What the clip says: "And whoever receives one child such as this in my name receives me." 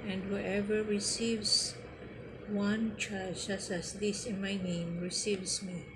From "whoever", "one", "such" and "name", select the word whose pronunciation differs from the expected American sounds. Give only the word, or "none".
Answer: such